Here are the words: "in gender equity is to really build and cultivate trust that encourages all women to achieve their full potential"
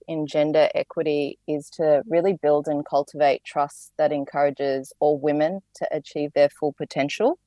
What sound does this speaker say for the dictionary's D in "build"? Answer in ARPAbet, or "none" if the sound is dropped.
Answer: D